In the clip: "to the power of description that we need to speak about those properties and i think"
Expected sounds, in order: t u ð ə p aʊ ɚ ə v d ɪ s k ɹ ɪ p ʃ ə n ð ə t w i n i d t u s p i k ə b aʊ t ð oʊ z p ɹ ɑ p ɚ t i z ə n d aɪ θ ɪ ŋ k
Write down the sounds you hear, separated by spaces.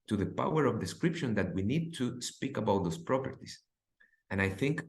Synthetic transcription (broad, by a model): t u ð ə p aʊ ɚ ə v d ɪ s k ɹ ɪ p ʃ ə n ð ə t w i n i d t u s p i k ə b aʊ t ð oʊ s p ɹ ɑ p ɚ t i s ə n aɪ θ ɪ ŋ k